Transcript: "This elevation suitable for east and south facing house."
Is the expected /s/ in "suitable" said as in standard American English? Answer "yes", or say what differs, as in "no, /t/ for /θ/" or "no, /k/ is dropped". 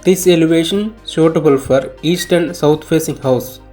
no, /ʃ/ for /s/